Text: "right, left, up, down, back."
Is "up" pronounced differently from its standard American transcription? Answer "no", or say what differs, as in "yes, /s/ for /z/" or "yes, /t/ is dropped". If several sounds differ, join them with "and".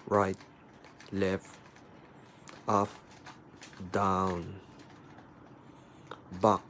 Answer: yes, /f/ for /p/